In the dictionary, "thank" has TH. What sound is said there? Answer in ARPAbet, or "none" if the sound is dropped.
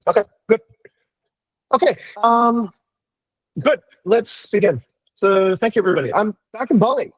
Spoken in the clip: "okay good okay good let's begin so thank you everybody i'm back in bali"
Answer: TH